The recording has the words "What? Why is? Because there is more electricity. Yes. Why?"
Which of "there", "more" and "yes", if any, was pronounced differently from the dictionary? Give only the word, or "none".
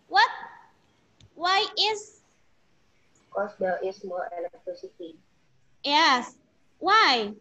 there